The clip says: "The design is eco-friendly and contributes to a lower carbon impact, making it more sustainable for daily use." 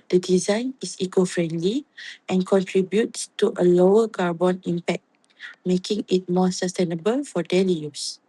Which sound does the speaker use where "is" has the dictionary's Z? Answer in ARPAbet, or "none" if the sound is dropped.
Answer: S